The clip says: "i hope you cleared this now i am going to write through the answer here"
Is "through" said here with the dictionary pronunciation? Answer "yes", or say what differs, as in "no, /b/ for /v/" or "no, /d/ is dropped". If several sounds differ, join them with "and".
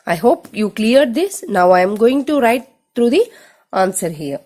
no, /t/ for /θ/